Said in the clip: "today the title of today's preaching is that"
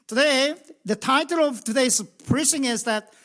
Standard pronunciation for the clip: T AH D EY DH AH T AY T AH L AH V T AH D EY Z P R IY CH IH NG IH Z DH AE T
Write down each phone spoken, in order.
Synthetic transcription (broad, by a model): T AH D EY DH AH T AY T AH L AH V T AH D EY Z P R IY S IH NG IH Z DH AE T